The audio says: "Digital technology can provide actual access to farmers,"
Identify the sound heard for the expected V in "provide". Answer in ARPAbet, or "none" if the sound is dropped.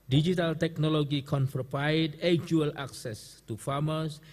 P